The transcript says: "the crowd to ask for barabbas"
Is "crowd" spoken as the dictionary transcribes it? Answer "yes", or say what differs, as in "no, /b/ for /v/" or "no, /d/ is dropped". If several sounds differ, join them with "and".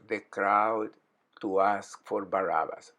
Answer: yes